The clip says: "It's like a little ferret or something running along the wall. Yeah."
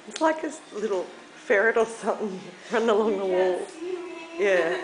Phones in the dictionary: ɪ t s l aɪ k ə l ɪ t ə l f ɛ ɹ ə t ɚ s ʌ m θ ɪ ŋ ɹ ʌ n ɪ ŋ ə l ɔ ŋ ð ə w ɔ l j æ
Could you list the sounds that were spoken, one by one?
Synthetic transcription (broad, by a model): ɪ t s l aɪ k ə l ɪ t l f ɛ ɹ ə t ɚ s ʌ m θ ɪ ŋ ɹ ʌ n ɪ ŋ ə l ɔ ŋ ð ə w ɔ l j æ